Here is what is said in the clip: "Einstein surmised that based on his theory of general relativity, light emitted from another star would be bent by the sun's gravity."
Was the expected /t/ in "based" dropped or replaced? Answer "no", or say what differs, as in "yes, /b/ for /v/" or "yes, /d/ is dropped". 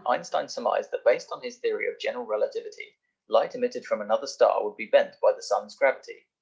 no